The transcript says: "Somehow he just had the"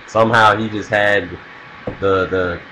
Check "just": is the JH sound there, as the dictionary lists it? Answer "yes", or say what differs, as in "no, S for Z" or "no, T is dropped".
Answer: yes